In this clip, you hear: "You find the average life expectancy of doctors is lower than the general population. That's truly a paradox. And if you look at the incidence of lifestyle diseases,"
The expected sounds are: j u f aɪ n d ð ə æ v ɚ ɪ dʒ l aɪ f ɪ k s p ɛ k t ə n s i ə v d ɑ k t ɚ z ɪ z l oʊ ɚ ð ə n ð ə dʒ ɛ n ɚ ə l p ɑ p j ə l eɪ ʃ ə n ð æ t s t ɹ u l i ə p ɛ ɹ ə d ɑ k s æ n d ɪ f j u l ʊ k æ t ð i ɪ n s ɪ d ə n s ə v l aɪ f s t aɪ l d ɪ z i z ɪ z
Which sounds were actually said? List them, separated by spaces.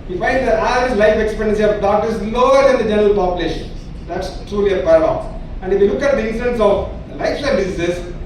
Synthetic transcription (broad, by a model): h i f aɪ n d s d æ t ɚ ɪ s l aɪ f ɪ k s p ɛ t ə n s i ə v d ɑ t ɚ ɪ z l oʊ ɚ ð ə n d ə dʒ ɛ n ɚ ə l p ɑ p j ə l eɪ ʃ ə n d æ t s t ɹ u l i ə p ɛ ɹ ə d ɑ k s æ n d ɪ f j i l ʊ k æ t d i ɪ n s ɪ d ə n s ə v l aɪ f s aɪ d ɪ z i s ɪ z